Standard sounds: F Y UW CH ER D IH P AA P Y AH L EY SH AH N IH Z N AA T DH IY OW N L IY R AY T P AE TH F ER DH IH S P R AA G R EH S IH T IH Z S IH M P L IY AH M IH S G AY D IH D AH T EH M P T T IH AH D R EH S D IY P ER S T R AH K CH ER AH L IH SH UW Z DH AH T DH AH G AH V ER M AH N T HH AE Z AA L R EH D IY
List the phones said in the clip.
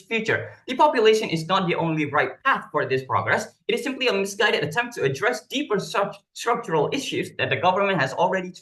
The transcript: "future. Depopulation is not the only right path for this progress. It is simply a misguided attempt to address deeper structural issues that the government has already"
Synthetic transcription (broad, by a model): F Y UW CH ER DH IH P AA P Y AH L EY SH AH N IH Z N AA T DH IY OW N L IY R AY T P AE TH F ER DH IH S P R AA G R EH S IH T IH Z S IH M P L IY AH M IH S G AY D IH D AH T EH M P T T IH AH D R EH S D IY P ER S T R AH K CH ER AH L IH SH UW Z DH AH T DH AH G AH V ER M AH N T HH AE Z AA L R EH D IY